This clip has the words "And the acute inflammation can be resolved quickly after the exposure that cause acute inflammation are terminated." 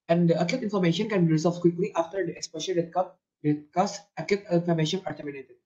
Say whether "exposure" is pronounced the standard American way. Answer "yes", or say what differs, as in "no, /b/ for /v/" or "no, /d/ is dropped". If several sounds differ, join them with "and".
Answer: no, /ʃ/ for /ʒ/